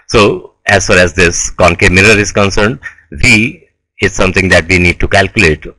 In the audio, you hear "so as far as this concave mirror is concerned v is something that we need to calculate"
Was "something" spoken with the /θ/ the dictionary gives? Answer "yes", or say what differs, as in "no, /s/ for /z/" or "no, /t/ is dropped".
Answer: no, /t/ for /θ/